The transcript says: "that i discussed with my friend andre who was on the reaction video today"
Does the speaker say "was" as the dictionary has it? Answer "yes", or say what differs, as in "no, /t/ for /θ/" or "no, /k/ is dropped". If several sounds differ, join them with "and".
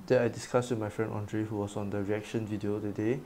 no, /s/ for /z/